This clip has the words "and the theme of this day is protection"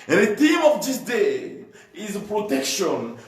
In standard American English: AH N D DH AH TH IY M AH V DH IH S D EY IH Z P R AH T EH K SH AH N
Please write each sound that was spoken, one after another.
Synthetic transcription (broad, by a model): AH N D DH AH T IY M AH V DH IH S D EY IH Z P R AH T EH K SH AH N